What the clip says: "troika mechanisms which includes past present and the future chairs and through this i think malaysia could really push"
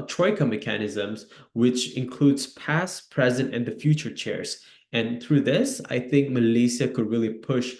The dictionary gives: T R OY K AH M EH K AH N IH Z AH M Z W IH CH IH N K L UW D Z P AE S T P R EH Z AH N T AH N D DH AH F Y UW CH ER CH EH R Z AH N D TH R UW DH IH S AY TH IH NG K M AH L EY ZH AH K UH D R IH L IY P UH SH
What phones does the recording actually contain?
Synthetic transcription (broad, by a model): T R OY K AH M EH K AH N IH Z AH M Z W IH CH IH N K L UW D Z P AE S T P R EH Z AH N T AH N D DH AH F Y UW CH ER CH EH R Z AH N TH R UW DH IH S AY TH IH NG K M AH L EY S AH K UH D R IH L IY P UH SH